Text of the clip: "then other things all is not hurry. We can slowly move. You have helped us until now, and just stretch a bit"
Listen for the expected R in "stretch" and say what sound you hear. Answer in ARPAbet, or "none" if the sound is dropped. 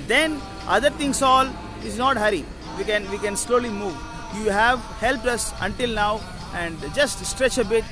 R